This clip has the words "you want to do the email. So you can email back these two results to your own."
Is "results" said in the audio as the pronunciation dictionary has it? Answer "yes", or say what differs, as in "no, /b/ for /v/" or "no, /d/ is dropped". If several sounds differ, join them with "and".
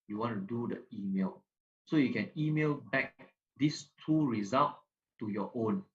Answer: no, /s/ is dropped